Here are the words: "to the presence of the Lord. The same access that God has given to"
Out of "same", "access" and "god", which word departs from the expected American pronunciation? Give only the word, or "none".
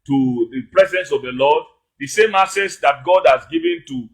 access